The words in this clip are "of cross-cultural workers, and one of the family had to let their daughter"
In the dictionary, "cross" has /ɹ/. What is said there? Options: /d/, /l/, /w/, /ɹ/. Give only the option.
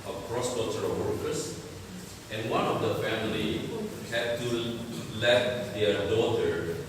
/ɹ/